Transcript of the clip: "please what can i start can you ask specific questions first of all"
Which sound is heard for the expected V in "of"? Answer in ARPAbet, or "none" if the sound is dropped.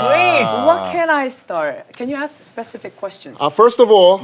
V